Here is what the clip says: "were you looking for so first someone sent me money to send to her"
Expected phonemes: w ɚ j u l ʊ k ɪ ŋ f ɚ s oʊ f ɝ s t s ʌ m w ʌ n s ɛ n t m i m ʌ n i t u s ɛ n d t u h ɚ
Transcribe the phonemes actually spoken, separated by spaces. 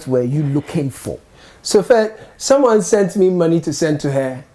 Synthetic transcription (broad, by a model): w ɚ j u l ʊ k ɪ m f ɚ s oʊ f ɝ t s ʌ m w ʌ n s ɛ n t m i m ʌ n i t u s ɛ n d t u h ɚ